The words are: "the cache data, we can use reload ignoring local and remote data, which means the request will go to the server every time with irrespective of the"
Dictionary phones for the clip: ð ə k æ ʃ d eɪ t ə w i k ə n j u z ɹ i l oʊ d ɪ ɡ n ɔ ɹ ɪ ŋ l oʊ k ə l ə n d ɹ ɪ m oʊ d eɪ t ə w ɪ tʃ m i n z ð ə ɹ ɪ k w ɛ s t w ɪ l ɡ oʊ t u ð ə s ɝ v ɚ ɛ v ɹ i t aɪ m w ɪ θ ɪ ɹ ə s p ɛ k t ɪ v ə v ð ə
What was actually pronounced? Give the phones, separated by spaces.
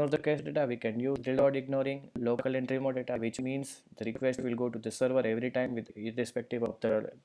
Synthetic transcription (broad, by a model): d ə k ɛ s d eɪ t ə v i k ə n j u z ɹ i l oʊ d ɪ ɡ n ɔ ɹ ɪ ŋ l oʊ k ə l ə n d ɹ ɪ m oʊ d eɪ t ə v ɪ tʃ m i n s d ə ɹ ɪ k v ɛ s t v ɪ l ɡ oʊ t u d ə s ɝ v ɚ ɛ v ɹ i t aɪ m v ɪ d ɪ ɹ ə s p ɛ k t ɪ v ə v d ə